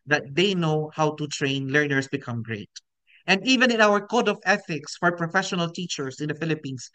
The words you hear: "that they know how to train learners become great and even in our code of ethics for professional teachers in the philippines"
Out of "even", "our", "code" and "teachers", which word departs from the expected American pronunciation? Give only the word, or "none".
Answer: teachers